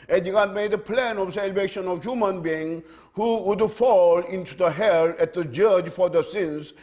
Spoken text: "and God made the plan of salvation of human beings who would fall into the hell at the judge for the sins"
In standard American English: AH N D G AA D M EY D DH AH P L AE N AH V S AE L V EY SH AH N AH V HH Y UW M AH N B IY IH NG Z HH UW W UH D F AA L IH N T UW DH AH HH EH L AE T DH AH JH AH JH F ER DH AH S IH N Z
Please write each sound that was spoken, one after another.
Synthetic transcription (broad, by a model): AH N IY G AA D M EY D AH P L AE N AH V S AE L V EY SH AH N AH V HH Y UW M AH N B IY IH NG HH UW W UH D F AA L IH N T UW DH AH HH EH L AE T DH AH JH AH JH F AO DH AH S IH N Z